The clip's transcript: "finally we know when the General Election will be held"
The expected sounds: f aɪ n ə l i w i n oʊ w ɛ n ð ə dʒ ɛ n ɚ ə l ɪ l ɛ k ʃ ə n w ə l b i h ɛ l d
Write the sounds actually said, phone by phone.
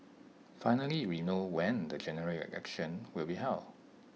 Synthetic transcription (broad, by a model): f aɪ n ə l i w i n oʊ w ɛ n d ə dʒ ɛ n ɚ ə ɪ ɛ k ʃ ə n w ə l b i h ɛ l